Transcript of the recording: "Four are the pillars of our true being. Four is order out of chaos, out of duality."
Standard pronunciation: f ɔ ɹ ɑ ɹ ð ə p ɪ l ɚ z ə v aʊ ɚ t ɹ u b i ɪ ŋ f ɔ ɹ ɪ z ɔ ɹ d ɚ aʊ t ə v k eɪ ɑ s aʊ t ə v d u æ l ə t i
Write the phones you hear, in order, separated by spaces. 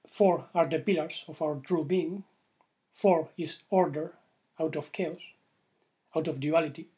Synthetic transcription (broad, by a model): f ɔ ɹ ɑ ɹ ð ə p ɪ l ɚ s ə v aʊ ɚ t ɹ u b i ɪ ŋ f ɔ ɹ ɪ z ɔ ɹ d ɚ aʊ t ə f k eɪ ɑ s aʊ t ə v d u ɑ l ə t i